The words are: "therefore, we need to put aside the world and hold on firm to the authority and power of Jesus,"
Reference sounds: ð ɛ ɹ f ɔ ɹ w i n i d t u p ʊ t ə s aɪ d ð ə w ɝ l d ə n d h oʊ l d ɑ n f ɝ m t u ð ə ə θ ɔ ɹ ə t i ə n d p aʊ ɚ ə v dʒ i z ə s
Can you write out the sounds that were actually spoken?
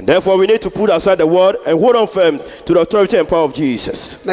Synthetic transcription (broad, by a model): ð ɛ f ɔ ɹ w i n i d t u p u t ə s aɪ d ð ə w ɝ d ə n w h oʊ d ɑ n f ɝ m t u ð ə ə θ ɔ ɹ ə t i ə n p aʊ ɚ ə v dʒ i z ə s